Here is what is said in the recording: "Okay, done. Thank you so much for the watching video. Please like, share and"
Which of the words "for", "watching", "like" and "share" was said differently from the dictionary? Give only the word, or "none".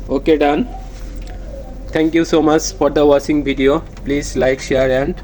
watching